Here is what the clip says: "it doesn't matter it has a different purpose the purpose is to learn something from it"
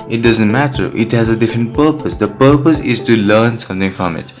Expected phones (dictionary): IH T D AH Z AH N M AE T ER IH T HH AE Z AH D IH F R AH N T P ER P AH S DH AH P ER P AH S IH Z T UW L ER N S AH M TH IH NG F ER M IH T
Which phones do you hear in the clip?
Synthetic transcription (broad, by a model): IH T D AH Z AH N M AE T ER IH T HH AE Z AH D IH F R AH N T P ER P AH S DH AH P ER P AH S IH Z T UW L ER N S AH M T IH NG F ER M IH T